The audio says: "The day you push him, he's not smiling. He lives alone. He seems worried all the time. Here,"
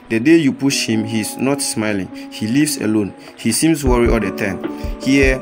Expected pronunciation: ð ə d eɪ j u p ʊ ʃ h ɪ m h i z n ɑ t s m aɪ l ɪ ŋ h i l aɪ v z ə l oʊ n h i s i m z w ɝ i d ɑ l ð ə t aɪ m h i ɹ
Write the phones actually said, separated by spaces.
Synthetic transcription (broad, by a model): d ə d eɪ j u p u ʃ h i m h i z n ɑ t s m aɪ l ɪ ŋ h i l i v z ə l oʊ n h i s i m s w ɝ i ɑ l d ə t aɪ m h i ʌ